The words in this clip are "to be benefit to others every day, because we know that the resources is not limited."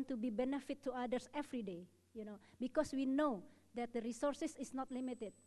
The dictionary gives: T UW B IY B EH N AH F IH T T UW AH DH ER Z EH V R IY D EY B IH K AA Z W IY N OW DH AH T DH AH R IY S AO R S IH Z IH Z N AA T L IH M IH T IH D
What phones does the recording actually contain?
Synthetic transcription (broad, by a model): T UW B IY B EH N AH F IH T T UW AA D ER S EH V R IY D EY B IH K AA S W IY N OW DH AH T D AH R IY S AO R S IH S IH S N AA T L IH M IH T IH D